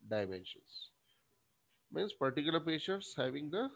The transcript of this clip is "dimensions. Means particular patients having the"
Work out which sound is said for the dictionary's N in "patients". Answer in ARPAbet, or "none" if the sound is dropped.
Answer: none